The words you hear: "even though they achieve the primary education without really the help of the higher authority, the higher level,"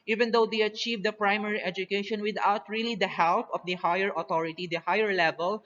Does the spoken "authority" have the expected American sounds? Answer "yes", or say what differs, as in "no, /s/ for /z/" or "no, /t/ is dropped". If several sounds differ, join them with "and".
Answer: no, /t/ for /θ/